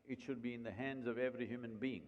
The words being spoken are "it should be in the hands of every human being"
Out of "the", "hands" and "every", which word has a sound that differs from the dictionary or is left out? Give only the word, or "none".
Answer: none